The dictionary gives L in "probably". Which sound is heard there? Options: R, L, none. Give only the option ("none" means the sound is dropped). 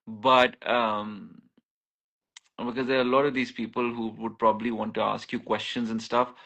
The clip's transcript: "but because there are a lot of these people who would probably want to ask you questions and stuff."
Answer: L